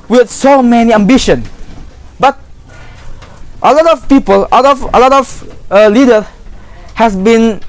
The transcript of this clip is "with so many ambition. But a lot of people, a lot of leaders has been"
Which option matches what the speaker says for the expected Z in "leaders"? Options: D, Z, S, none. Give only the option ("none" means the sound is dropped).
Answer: none